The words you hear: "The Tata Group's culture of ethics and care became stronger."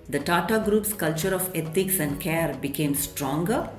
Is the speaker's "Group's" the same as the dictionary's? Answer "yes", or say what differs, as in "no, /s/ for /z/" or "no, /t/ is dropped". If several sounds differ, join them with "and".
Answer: yes